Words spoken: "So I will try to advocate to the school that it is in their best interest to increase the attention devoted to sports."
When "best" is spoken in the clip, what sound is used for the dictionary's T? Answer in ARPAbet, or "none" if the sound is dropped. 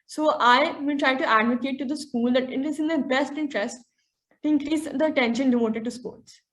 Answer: T